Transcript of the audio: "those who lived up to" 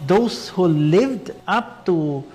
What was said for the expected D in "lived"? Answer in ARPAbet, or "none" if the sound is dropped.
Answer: D